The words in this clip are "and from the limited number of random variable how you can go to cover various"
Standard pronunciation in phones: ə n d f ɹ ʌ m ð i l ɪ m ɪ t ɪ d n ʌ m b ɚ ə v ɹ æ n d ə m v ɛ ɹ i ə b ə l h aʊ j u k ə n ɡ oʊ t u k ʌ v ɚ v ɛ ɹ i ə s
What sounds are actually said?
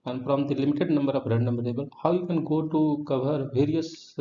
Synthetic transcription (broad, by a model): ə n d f ɹ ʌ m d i l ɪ m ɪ t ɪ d n ʌ m b ɚ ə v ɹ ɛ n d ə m b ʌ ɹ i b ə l h aʊ j u k ə n ɡ oʊ t u k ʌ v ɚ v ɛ ɹ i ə s